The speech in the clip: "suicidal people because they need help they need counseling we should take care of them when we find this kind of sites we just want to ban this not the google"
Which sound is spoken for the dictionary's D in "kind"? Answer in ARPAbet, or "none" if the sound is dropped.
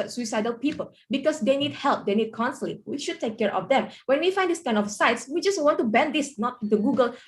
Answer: none